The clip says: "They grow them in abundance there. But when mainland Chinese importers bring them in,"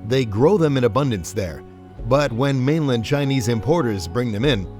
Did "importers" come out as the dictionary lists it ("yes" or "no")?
yes